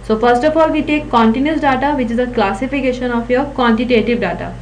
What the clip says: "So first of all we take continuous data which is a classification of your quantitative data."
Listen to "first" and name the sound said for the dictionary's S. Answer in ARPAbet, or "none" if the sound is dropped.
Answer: S